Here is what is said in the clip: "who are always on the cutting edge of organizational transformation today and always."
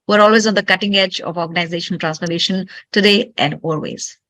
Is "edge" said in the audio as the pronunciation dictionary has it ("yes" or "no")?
yes